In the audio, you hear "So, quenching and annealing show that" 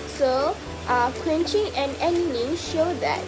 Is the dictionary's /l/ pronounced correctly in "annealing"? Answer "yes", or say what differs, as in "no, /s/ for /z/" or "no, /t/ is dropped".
no, /n/ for /l/